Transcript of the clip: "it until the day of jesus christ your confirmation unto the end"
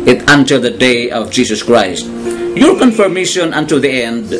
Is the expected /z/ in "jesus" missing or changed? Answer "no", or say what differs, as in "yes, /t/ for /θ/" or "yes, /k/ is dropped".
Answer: yes, /s/ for /z/